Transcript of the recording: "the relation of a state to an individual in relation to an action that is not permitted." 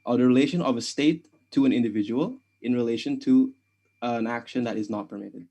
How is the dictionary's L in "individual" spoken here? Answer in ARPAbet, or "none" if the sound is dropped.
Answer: L